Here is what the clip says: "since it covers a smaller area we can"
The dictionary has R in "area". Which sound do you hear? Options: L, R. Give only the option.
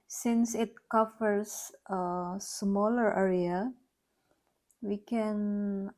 R